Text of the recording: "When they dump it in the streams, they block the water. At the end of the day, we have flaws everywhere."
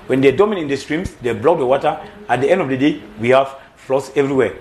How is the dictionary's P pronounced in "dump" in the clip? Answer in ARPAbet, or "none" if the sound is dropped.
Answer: none